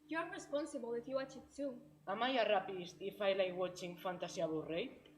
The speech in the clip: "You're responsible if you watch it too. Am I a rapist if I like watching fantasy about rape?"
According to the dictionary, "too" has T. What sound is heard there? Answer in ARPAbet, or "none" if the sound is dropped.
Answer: S